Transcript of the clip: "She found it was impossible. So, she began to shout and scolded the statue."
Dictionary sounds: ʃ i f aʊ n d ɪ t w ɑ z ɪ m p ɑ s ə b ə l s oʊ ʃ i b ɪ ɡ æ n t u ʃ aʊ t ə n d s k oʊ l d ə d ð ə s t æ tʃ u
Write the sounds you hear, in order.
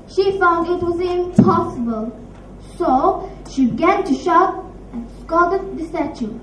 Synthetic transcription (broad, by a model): ʃ i f aʊ n d ɪ t w ɑ z ɪ m p ɑ s ə b ə l s oʊ ʃ i b ɪ ɡ æ n t u ʃ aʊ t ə n s k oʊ d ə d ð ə s t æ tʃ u